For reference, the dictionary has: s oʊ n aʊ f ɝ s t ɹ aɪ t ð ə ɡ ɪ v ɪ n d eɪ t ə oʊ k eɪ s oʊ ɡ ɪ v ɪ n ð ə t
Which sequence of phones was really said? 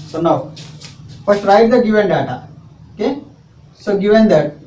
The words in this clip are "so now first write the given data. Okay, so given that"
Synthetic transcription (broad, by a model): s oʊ n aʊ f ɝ t ɹ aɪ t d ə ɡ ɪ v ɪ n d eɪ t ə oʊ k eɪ s oʊ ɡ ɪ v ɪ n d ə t